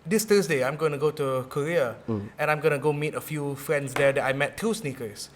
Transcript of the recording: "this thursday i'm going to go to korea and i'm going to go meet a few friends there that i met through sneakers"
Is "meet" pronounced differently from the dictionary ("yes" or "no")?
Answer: no